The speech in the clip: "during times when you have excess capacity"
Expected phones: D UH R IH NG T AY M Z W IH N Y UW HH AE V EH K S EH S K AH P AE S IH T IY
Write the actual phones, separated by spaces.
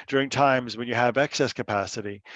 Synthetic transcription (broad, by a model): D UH R IH NG T AY M Z W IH N Y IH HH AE V EH K S EH S K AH P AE S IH T IY